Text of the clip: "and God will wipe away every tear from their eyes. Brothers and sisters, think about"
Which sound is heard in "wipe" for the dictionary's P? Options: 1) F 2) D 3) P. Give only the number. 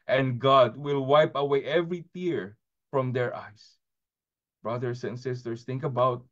3